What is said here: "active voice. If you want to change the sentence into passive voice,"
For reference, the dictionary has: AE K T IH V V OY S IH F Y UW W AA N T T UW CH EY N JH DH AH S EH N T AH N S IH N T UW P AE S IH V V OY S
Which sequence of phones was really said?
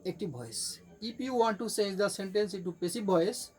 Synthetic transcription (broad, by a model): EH K T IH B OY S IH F Y UW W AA N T T UW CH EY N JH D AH S EH N T AH N S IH T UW P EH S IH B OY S